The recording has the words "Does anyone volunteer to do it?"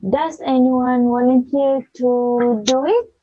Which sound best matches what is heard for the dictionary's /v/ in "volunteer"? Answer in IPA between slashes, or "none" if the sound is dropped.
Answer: /w/